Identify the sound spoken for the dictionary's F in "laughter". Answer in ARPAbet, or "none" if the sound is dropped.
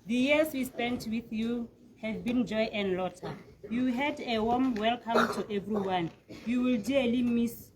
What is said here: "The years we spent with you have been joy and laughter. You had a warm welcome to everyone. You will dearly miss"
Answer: none